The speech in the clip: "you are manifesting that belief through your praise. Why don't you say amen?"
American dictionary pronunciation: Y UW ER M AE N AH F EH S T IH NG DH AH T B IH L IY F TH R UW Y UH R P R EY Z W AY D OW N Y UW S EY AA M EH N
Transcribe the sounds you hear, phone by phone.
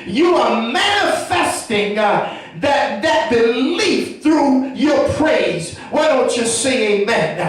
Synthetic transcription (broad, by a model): Y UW ER M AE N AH F EH S T IH NG DH AH T B IH L IY F TH R UW Y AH R P R EY Z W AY D OW N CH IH S EY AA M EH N